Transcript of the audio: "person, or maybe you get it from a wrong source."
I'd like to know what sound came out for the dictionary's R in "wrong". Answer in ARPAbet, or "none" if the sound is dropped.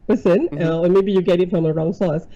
R